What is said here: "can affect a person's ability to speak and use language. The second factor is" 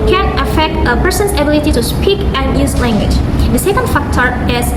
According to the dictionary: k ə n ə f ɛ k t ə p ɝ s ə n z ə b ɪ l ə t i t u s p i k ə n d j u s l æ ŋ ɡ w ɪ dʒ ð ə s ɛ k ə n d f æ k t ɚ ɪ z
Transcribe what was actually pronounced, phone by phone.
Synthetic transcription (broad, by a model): k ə n ə f ɛ k t ə p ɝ s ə n s ə b ɪ l ə t i t u s p i k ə n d j u s l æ ŋ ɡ w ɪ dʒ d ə s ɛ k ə n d f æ k t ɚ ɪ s